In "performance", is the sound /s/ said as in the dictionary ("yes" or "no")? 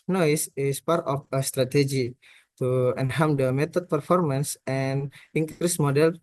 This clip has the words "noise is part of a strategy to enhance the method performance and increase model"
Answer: yes